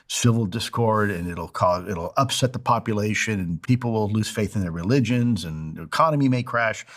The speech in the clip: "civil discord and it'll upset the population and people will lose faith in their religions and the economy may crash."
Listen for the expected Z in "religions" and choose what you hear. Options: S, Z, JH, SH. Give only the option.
Z